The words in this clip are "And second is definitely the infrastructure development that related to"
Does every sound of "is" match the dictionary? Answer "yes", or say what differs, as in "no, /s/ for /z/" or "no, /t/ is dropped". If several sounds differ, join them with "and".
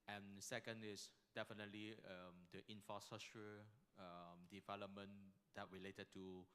no, /s/ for /z/